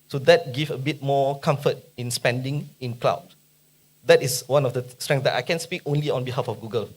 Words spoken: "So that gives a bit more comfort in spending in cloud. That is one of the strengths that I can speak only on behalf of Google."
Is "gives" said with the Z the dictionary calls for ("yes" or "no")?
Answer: no